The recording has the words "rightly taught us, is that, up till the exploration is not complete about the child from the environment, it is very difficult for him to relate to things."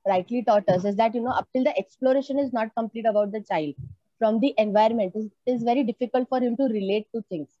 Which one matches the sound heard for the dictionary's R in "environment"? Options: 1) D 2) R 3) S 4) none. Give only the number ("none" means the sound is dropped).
4